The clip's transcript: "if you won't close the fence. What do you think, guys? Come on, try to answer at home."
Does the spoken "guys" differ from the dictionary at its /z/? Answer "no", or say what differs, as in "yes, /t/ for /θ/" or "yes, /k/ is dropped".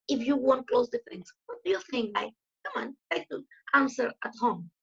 yes, /z/ is dropped